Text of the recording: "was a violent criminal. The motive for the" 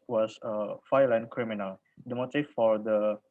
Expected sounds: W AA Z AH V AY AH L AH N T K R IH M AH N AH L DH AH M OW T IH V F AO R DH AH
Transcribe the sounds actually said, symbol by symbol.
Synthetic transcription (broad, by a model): W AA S AH F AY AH L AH N K R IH M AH N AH L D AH M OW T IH F F AO R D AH